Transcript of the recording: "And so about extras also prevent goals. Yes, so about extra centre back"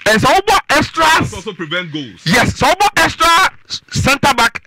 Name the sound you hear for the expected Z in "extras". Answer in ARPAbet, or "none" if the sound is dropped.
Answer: none